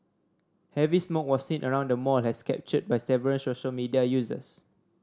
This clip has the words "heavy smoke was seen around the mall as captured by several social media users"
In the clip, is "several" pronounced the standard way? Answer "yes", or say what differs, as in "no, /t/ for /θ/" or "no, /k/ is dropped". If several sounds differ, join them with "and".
no, /n/ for /l/